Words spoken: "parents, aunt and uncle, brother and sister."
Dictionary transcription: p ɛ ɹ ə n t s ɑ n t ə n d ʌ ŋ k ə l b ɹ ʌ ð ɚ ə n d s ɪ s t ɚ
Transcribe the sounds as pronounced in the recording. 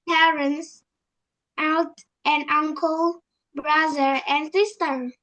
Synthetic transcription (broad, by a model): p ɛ ɹ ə n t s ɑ l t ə n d ʌ ŋ k ə l b ɹ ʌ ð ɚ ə n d s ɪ s t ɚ